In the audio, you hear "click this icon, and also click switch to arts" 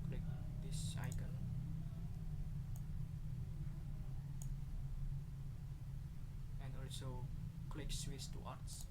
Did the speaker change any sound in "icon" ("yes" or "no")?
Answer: yes